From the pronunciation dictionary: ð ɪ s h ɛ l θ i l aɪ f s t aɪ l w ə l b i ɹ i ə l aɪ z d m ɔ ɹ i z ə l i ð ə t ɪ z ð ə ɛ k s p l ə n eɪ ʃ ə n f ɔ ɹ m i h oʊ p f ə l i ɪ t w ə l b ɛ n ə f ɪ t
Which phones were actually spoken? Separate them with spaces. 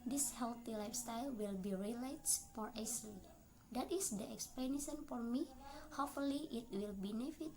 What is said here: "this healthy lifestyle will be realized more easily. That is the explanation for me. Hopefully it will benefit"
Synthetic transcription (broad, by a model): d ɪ s h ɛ l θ i l aɪ f s t aɪ l w ə l b i ɹ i l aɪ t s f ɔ ɹ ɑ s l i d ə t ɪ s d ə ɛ k s p l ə n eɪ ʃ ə n f ɔ ɹ m i h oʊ f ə l i ɪ t w ə l b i n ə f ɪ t